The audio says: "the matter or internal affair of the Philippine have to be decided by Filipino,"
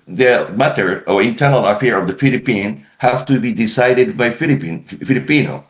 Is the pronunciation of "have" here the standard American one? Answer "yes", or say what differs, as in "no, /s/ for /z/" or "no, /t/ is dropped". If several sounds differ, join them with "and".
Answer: no, /f/ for /v/